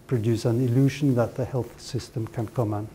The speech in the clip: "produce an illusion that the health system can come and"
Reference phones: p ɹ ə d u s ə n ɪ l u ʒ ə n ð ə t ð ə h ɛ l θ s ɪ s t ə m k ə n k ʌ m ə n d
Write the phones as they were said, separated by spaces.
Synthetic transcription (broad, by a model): p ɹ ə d u s ə n ɪ l u ʒ ə n ð ə t ð ə h ɛ l θ s ɪ s t ə m k ə n k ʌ m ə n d